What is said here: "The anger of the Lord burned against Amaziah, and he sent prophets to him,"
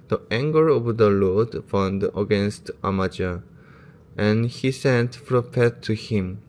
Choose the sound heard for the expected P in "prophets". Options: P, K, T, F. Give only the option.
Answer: F